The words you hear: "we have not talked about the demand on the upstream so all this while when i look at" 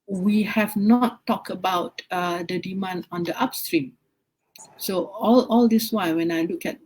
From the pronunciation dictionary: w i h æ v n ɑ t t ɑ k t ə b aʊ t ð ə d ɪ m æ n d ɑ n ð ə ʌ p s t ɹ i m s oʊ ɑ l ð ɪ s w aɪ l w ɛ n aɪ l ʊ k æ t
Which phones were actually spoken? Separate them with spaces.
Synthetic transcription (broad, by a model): w i h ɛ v n ɑ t t ɑ k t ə b aʊ t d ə d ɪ m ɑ n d ɑ n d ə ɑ p s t ɹ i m s oʊ ɑ l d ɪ s w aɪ n w ɛ n aɪ l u k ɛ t